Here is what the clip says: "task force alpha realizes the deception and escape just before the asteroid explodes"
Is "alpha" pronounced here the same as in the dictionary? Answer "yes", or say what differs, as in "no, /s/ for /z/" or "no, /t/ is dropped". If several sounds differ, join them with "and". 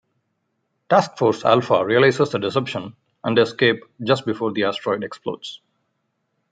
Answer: yes